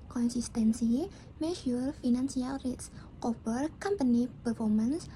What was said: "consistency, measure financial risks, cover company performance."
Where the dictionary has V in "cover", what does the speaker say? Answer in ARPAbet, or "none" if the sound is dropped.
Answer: B